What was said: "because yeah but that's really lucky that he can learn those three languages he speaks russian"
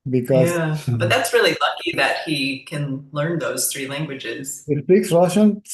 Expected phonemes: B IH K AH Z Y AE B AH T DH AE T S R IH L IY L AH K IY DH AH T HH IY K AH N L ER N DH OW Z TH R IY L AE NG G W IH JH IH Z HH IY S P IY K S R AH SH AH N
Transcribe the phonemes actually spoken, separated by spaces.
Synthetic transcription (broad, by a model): B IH K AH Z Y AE B AH T DH AE T S R IH L IY L AH K IY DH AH T HH IY K AH N L ER N DH OW Z TH R IY L AE NG G W IH JH IH Z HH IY S P IY K S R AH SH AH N